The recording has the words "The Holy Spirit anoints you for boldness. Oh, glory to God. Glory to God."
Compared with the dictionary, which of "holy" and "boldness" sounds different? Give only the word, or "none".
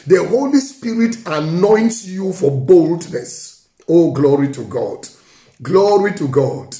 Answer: none